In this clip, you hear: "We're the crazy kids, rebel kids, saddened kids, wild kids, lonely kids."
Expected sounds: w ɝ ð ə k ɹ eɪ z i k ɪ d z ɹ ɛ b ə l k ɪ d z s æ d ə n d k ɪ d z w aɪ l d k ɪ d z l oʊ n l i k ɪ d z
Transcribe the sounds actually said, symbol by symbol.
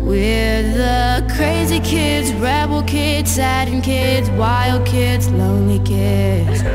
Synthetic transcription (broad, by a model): w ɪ ð ə k ɹ eɪ z i k ɪ d z ɹ ɛ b l k ɪ d z s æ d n k ɪ d z w aɪ l d k ɪ d z l oʊ n l i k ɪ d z